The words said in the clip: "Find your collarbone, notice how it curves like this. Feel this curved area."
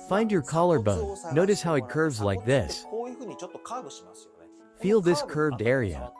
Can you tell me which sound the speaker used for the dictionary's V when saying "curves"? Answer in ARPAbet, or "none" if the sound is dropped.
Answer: V